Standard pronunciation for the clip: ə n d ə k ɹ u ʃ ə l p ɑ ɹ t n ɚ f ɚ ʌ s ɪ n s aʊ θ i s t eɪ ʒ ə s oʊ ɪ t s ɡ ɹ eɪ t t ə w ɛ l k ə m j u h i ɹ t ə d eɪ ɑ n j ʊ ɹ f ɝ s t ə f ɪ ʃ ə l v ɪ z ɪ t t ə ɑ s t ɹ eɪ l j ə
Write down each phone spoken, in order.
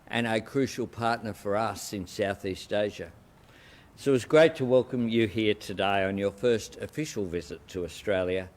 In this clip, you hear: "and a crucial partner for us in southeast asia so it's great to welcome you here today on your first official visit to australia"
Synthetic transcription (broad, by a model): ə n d ə k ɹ u ʃ l p ɑ ɹ t n ɚ f ɚ ʌ s ɪ n s aʊ θ i s t eɪ ʒ ə s oʊ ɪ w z ɡ ɹ eɪ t t ə w ɛ l k ə m j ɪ h i ɹ t ə d eɪ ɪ n j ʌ ɹ f ɝ s t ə f ɪ ʃ l v ɪ z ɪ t t ə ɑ s t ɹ eɪ l j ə